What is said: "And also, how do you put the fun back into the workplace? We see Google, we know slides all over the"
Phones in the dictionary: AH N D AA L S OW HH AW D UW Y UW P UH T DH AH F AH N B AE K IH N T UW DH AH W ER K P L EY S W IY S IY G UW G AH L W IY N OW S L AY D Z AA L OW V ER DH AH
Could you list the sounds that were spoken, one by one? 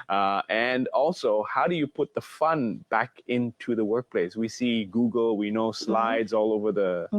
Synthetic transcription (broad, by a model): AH N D AA L S OW HH AW D UW Y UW P UH T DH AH F AH N B AE K IH N T UW DH AH W ER K P L EY S W IY S IY G UW G AH L W IY N OW S L AY D Z AA L OW V ER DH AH